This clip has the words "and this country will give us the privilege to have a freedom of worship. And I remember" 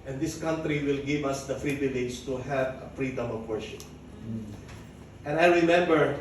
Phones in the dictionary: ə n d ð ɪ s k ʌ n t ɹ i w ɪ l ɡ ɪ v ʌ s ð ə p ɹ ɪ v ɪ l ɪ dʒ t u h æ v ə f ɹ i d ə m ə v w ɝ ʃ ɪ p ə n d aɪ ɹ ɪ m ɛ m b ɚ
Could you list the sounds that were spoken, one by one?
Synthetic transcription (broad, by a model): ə n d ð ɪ s k ʌ n t ɹ i w ɪ l ɡ ɪ v ʌ s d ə f ɹ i b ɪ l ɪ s t u h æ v ə f ɹ i d ə m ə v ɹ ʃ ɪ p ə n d aɪ ɹ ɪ m ɛ m b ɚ